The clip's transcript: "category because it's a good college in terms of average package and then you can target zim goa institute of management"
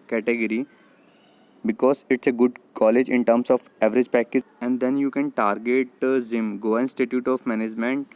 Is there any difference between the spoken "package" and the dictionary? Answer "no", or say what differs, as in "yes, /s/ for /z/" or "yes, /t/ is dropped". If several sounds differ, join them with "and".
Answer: yes, /dʒ/ is dropped